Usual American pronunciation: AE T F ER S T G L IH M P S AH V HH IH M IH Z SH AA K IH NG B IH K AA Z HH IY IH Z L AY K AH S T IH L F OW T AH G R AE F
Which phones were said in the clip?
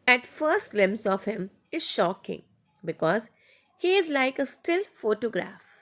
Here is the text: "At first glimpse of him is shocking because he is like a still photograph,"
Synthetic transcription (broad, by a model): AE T F ER S T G L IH M S AH V HH IH M IH Z SH AA K IH NG B IH K AA Z HH IY IH Z L AY K AH S T IH L F OW T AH G R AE F